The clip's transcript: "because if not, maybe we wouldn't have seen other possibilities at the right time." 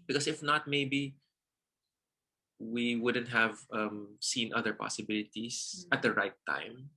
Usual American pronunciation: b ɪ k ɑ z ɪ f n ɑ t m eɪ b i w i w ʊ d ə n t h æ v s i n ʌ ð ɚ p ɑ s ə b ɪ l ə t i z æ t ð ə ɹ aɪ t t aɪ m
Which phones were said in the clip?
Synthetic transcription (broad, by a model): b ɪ k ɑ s ɪ f n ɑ t m eɪ b i w i w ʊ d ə n t h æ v s i n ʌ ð ɚ p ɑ s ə b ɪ l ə t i s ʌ t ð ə ɹ aɪ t t aɪ m